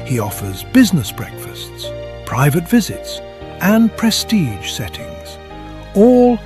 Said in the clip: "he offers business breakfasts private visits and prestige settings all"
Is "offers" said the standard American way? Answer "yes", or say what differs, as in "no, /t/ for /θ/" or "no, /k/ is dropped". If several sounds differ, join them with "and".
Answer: yes